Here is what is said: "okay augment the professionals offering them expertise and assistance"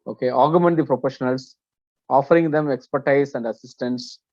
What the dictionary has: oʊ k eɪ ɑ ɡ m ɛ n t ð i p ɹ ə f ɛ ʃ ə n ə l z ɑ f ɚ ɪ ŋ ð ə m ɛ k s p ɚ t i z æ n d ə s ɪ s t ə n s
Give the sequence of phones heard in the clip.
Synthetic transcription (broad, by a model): oʊ k eɪ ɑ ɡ m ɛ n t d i p ɹ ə p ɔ ʃ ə n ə l s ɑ f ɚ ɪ ŋ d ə m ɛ k s p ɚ t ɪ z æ n d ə s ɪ s t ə n s